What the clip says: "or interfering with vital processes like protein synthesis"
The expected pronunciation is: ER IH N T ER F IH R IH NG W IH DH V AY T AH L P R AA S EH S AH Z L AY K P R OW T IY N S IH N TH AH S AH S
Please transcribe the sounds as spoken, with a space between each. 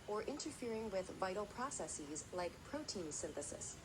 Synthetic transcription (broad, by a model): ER IH N T ER F IH R IH NG W IH DH V AY T L P R AA S EH S AH Z L AY K P R OW T IY N S IH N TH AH S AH S